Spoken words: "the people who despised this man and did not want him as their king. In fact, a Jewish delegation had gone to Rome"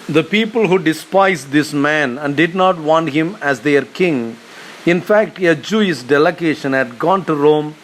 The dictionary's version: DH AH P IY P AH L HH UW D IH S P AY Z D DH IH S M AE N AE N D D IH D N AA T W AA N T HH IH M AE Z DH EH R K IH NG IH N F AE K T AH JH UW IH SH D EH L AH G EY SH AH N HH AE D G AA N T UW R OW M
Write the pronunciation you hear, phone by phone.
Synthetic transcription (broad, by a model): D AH P IY P AH L HH UW D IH S P AY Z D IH S M AE N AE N D D IH D N AA T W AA N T HH IH M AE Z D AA R K IH NG IH N F AE K T AH JH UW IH S D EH L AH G EY SH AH N HH AE D G AA N T UW R OW M